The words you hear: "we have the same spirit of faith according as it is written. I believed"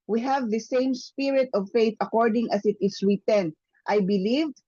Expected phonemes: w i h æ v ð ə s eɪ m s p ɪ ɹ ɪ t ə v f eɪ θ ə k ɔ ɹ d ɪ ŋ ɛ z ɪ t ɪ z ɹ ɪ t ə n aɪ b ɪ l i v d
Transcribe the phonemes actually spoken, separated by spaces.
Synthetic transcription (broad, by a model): w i h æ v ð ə s eɪ m s p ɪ ɹ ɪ t ə v f eɪ θ ə k ɔ ɹ d ɪ ŋ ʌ s ɪ t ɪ s ɹ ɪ t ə n aɪ b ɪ l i v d